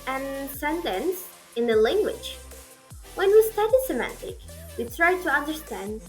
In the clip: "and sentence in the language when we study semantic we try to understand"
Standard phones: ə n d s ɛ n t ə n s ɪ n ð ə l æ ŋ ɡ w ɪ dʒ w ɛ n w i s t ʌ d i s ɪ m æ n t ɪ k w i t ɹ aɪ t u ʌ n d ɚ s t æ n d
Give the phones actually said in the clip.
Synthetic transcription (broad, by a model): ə n s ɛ n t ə n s ɪ n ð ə l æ ŋ ɡ w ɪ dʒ w ɛ n w i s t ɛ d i s ɪ m æ n t ɪ k w i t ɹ aɪ t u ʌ n d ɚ s t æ n d